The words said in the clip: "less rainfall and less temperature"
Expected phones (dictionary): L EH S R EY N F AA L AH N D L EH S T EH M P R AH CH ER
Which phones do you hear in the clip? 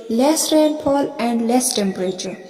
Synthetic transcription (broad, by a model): L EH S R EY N P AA L AH N D L EH S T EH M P R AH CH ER